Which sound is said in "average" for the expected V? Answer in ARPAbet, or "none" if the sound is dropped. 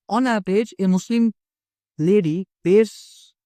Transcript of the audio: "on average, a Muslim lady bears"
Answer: B